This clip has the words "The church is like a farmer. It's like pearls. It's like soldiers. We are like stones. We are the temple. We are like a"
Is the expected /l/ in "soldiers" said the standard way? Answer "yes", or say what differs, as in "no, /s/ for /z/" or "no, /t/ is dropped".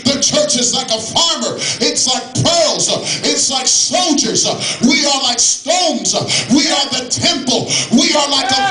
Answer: yes